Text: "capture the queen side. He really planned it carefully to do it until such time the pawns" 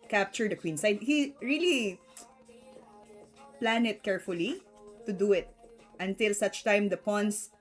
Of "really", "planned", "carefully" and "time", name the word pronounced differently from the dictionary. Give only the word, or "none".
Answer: planned